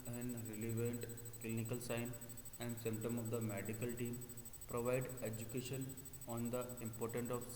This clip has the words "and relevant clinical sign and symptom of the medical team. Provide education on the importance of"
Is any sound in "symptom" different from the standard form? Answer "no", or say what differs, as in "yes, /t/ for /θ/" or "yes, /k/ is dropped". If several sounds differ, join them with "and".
no